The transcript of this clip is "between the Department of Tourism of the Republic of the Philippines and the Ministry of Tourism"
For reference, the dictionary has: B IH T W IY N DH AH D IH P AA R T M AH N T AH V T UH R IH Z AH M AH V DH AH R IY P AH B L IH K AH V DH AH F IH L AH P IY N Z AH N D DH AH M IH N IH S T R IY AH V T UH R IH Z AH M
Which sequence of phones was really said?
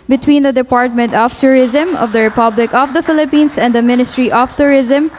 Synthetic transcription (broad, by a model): B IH T W IY N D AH D IH P AA R T M AH N T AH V T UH R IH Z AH M AH V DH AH R IY P AH B L IH K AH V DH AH F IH L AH P IY N S AH N D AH M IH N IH S T R IY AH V T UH R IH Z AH M